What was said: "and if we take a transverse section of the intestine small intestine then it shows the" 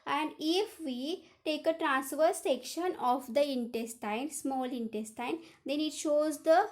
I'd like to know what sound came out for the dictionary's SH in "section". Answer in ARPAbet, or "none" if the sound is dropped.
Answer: SH